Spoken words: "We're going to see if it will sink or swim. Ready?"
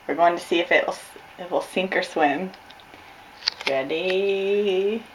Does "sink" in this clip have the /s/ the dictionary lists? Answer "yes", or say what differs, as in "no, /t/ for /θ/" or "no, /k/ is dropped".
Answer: yes